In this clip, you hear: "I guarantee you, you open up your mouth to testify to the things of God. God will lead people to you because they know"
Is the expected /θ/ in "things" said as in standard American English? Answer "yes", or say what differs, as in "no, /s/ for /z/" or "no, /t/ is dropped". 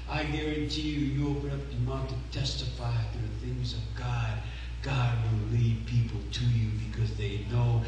yes